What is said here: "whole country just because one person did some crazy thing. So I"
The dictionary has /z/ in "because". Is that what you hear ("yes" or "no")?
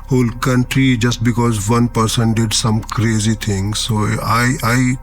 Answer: yes